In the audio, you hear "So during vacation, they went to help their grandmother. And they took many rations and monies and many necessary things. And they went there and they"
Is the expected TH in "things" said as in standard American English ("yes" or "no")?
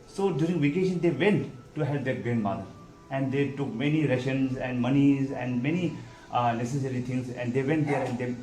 no